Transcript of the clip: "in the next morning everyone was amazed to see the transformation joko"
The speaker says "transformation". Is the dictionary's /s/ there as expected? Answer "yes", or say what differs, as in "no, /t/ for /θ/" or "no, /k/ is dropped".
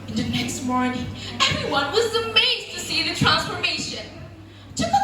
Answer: yes